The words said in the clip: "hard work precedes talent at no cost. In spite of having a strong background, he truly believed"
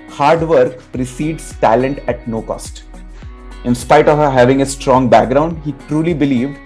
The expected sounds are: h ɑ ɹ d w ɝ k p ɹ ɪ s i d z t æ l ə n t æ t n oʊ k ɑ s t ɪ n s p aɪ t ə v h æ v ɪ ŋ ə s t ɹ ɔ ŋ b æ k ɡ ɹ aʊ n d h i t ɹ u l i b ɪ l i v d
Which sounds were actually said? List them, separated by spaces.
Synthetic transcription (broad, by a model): h ɑ ɹ d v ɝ k p ɹ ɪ s i d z t æ l ə n t æ t n oʊ k ɑ s t ɪ n s p aɪ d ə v h æ v ɪ ŋ ə s t ɹ ɔ ŋ b æ k ɡ ɹ aʊ n d h i t ɹ u l i b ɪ l i v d